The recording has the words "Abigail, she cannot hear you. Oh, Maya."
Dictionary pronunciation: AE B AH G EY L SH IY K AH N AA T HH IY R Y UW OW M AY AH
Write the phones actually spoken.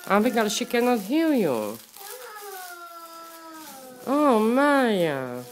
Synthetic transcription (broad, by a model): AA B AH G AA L SH IY K AH N AA T HH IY L Y UW OW M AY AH